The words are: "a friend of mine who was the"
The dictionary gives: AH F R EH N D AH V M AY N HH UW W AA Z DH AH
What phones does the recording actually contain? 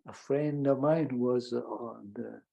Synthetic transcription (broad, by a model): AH F R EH N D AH M AY N W AA Z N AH